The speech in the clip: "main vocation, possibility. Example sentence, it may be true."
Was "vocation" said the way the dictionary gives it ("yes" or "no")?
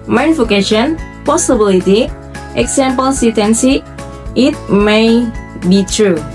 no